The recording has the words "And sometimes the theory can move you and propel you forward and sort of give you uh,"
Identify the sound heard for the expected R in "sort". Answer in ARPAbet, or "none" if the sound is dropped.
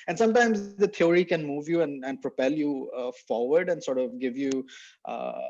R